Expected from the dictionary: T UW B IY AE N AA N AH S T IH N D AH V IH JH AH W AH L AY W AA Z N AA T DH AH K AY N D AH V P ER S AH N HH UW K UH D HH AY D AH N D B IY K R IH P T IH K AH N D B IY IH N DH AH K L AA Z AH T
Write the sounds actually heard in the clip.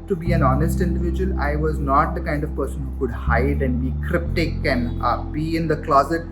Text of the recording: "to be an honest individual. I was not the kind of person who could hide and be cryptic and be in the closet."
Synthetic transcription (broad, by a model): T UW B IY AE N AA N AH S T IH N D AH V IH JH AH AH L AY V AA Z N AA T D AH K AY N D AH V P ER S AH N HH UW K UH D HH AY D AH N D B IY K R IH P T IH K AH N D B IY IH N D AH K L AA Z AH T